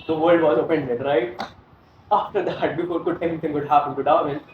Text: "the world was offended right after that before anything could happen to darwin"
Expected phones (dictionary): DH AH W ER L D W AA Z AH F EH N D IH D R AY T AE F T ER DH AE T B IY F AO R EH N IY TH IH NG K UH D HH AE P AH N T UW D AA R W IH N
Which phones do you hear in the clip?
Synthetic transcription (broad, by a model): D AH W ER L D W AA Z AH P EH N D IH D R AY T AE F T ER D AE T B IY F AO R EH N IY T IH NG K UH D HH AE P AH N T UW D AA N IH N